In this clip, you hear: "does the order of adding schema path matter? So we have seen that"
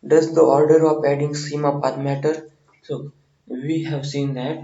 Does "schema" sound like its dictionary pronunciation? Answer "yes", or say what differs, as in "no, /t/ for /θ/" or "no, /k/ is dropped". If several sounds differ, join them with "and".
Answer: no, /k/ is dropped